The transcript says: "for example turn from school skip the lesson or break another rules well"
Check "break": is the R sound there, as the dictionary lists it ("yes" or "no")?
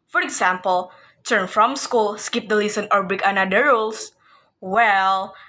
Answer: no